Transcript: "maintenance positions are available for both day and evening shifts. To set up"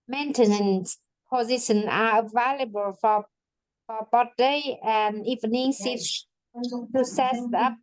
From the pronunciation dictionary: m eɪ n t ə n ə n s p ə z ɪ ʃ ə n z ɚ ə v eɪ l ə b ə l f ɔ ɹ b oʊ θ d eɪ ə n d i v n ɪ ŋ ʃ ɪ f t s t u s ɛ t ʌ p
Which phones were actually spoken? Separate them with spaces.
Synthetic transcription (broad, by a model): m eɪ n t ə n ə n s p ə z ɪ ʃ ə n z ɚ ə v eɪ l ə b ə l f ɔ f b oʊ t d eɪ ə n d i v n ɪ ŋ s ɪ t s t u s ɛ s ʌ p